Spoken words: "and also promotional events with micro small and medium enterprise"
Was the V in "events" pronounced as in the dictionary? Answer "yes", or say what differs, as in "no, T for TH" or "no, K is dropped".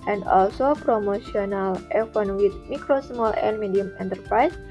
no, F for V